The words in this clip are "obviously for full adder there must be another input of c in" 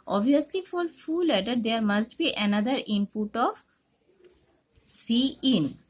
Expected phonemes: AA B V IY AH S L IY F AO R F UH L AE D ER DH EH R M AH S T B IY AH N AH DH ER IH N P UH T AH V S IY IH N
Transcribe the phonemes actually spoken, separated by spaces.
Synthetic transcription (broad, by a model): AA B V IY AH S L IY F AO L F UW L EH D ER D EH R M AH S T B IY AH N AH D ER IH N P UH T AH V S IY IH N